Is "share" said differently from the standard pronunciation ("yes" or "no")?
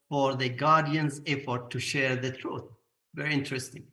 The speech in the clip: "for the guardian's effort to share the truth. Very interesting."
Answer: no